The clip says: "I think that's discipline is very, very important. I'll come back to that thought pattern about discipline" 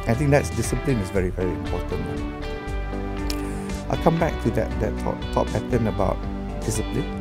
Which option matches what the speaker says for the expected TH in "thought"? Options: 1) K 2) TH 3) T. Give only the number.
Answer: 3